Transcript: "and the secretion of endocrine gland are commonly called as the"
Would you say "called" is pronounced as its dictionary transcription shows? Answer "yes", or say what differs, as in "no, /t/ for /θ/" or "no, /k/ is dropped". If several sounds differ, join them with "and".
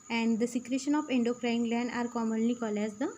no, /d/ is dropped